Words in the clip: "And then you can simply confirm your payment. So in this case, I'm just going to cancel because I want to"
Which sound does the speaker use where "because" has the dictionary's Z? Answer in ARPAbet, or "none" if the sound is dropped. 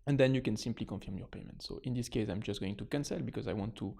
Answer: Z